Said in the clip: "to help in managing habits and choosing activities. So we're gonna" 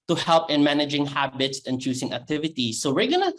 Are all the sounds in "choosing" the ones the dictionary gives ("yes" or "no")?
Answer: no